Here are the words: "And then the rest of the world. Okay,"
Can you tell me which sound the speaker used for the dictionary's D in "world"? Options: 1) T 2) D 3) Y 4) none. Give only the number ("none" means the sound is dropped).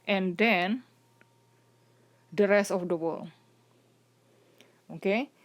4